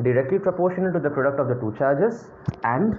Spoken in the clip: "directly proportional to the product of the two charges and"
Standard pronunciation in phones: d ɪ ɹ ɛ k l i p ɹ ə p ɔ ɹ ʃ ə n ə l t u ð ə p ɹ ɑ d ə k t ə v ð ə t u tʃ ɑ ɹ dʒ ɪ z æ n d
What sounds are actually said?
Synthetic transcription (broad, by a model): d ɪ ɹ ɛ k l i p ɹ ə p ɔ ɹ ʃ ə n ə l t u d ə p ɹ ɑ d ə k t ə v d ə t u tʃ ɑ ɹ dʒ ɪ z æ n d